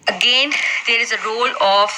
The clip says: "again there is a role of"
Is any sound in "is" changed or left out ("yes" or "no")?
no